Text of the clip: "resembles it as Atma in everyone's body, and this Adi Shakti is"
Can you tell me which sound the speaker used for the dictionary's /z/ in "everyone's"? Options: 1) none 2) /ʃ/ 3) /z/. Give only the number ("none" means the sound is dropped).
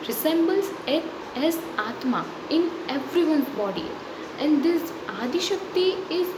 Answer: 1